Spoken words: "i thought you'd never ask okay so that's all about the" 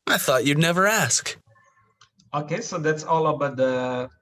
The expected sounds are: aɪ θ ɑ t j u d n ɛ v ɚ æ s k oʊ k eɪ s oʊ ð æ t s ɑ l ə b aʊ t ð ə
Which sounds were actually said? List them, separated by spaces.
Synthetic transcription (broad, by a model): aɪ θ ɑ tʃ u d n ɛ v ɚ æ s k oʊ k eɪ s oʊ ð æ t s ɑ l ə b aʊ t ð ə